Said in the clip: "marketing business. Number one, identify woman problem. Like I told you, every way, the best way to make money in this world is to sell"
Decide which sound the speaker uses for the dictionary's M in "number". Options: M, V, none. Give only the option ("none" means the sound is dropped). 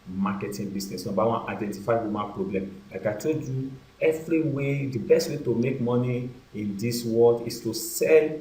none